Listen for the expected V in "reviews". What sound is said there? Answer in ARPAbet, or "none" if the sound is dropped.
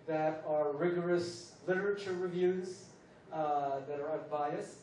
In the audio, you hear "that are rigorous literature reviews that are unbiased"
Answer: V